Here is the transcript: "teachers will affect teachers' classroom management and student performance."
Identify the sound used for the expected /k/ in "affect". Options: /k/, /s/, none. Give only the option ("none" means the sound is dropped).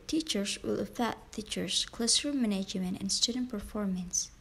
none